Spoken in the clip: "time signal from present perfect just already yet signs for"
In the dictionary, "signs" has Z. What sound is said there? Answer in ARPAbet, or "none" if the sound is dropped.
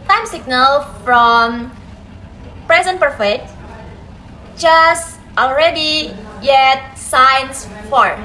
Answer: S